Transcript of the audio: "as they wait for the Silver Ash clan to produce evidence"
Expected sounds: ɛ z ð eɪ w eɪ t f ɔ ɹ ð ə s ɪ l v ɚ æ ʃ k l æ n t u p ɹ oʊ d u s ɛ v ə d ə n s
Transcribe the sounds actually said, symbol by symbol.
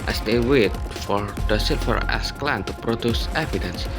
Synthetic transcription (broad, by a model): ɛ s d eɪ w eɪ t f ɔ ɹ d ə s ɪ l f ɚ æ s k l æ n t u p ɹ oʊ d u s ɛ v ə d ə n s